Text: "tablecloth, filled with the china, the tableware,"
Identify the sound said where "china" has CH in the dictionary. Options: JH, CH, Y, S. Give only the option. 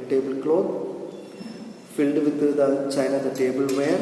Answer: CH